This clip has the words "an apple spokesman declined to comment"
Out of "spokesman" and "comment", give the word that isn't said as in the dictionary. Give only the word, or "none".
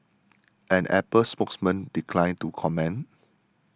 comment